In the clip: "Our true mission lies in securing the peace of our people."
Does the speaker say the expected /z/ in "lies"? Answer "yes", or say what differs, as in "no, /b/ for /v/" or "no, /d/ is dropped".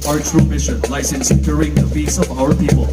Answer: no, /s/ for /z/